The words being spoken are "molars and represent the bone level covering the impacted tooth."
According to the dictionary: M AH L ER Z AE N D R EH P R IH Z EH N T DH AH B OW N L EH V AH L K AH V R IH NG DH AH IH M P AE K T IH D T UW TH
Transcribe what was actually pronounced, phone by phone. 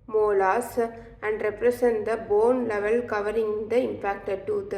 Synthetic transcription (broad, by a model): M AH L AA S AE N D R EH P R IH S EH N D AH B OW N L EH V AH L K AH V R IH NG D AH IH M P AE K T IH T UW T